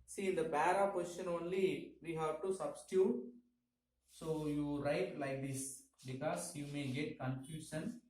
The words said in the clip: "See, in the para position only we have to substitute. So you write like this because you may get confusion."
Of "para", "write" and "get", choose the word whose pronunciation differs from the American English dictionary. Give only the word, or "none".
para